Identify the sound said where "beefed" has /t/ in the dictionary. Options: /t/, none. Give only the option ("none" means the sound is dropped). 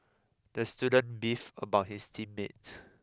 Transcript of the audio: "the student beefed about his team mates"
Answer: none